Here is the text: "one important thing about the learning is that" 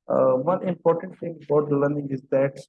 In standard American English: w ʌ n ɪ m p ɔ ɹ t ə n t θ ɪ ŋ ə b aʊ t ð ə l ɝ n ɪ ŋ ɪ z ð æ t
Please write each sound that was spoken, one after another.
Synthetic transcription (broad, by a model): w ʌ n ɪ m p ɔ ɹ t ə n t t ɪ ŋ ə b aʊ t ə l ɝ n ɪ ŋ ɪ z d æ t